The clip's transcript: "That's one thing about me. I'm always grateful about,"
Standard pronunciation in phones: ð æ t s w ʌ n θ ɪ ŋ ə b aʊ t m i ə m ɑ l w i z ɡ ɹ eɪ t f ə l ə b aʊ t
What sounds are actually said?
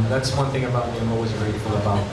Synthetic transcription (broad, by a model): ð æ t s w ʌ n θ ɪ ŋ ə b aʊ t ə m ɑ l w i z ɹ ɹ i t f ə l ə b aʊ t